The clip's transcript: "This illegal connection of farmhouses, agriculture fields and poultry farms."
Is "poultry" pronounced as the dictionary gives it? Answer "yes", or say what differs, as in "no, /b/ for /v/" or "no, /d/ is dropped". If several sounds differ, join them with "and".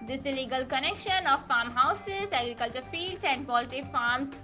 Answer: no, /ɹ/ is dropped